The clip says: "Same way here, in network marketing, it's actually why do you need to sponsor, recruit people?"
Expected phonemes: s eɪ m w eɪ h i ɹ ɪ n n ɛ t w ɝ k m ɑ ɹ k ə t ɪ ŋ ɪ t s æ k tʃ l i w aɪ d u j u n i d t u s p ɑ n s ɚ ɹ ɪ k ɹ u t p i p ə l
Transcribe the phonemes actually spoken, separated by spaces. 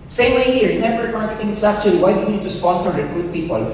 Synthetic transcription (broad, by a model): s eɪ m w eɪ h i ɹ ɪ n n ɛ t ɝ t m ɑ ɹ k ə t ɪ ŋ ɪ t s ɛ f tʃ i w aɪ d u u n i d t u s p ɑ n s ɚ ɹ ɪ k ɹ u t p i p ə l